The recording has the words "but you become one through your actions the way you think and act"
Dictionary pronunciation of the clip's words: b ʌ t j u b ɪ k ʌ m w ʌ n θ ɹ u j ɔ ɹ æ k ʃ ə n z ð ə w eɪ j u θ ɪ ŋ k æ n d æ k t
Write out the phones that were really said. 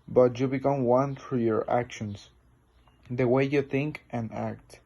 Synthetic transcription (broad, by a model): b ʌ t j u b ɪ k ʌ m w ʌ n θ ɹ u j ɔ ɹ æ k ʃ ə n s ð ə w eɪ j u θ ɪ ŋ k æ n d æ k t